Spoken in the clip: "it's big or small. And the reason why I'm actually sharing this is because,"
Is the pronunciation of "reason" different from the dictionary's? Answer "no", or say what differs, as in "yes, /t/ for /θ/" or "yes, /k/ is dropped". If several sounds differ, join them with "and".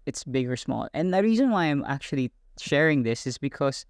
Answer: no